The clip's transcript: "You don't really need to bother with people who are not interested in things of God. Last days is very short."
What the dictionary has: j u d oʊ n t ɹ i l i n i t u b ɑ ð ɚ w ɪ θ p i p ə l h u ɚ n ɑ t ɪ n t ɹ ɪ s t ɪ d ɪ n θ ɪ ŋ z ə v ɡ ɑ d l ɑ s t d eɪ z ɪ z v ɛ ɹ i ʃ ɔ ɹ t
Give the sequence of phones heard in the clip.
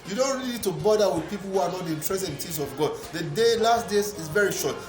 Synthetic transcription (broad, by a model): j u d oʊ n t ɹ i i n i t u b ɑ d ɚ w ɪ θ p i p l h u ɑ n ɑ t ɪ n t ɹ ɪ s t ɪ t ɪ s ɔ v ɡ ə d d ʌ d l ɑ s t d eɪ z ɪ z v ɛ ɹ i ʃ ɔ t